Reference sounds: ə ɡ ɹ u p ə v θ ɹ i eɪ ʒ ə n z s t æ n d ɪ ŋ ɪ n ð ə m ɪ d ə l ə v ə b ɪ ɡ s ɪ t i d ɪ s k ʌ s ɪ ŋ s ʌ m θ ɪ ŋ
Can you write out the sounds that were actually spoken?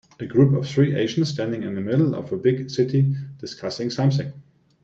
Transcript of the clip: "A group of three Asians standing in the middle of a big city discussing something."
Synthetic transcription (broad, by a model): ə ɡ ɹ u p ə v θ ɹ i eɪ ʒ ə n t s t æ n d ɪ ŋ ɪ n ð ə m ɪ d l ə v ə b ɪ ɡ s ɪ t i d ɪ s k ʌ s ɪ ŋ s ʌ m s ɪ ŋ